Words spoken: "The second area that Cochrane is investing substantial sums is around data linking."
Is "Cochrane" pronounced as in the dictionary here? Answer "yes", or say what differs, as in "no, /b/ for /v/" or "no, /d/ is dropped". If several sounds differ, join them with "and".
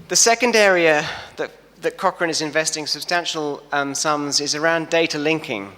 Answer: yes